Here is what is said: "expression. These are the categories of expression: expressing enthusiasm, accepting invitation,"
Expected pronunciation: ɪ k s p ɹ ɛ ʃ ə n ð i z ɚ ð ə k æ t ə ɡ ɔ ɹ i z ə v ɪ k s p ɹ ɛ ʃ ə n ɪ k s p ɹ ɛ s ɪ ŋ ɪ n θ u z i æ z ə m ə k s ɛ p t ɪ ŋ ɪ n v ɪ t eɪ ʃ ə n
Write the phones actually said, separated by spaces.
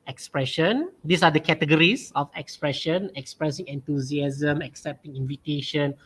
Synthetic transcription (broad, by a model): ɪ k s p ɹ ɛ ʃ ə n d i s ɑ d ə k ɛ t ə ɡ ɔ ɹ i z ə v ɪ k s p ɹ ɛ ʃ ə n ɪ k s p ɹ ɛ s ɪ ŋ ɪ n t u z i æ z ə m ə k s ɛ p t ɪ ŋ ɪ n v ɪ t eɪ ʃ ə n